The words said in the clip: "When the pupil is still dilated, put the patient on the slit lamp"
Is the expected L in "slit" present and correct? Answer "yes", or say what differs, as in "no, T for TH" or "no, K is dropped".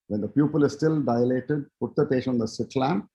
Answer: no, L is dropped